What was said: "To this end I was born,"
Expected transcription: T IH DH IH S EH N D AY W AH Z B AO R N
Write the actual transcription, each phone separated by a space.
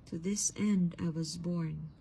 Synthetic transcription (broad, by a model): T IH DH IH S EH N D AY W AH Z B AO R N